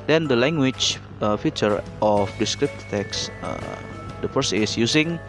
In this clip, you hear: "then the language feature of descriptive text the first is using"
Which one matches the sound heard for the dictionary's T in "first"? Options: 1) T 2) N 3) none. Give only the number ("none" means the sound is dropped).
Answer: 3